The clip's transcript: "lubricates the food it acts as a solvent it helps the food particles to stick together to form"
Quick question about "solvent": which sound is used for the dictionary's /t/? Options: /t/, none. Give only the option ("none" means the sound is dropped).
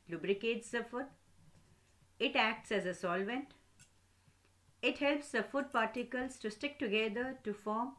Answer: /t/